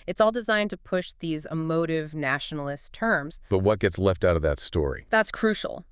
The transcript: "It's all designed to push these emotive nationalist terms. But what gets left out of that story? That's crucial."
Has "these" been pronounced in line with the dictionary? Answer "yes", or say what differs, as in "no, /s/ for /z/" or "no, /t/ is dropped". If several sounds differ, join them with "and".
yes